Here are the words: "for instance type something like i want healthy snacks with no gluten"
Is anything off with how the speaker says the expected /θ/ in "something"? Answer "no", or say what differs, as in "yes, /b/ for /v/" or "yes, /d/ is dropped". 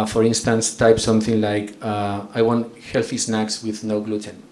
no